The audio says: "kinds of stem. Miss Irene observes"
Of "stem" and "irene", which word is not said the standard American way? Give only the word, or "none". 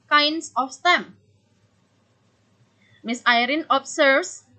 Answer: none